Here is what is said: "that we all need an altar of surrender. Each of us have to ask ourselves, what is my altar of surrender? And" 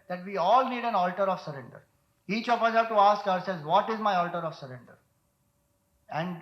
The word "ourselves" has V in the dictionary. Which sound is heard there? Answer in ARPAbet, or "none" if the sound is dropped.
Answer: none